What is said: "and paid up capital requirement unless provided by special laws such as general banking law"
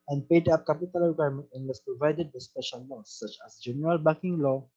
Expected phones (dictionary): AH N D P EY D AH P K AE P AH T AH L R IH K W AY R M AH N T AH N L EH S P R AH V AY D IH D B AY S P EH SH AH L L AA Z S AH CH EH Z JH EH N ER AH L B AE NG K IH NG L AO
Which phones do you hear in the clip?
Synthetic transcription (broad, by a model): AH N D P EY D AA P K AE P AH T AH L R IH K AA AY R M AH N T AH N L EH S P R AH V AY D IH D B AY S P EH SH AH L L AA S S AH CH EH S JH EH N ER AH L B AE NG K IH NG L AO